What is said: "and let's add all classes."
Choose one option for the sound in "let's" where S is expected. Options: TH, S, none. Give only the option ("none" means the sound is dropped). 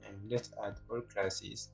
none